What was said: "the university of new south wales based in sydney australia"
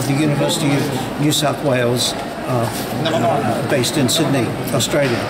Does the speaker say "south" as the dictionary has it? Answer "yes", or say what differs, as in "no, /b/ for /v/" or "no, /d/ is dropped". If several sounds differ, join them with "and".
yes